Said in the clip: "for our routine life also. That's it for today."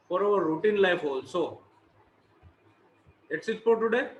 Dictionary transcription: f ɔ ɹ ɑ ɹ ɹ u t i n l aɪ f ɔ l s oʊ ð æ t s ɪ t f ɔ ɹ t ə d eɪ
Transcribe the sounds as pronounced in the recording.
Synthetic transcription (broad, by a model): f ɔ ɹ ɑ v ɹ u t i n l aɪ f ɔ l s oʊ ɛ t s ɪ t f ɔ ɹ t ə d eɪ